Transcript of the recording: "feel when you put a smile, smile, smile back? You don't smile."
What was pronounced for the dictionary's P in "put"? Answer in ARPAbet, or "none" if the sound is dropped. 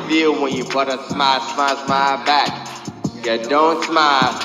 B